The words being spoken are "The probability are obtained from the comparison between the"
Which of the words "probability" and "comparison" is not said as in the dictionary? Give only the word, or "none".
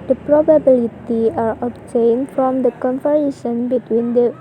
comparison